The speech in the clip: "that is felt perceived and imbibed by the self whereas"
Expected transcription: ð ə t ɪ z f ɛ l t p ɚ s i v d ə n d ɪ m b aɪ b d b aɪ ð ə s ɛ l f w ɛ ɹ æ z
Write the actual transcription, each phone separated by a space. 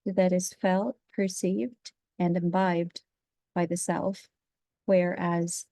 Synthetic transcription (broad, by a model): ð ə t ɪ z f ɛ l t p ɚ s i v d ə n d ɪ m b aɪ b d b aɪ ð ə s ɛ l f w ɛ ɹ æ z